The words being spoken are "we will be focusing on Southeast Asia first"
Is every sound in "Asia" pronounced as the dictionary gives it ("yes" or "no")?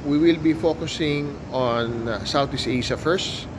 no